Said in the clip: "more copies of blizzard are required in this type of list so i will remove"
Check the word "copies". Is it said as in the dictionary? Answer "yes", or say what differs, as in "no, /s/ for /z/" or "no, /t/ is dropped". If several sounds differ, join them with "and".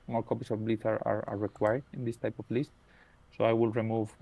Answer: no, /s/ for /z/